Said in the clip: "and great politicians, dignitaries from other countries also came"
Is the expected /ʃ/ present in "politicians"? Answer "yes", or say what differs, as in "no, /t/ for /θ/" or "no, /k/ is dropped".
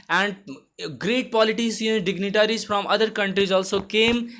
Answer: no, /s/ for /ʃ/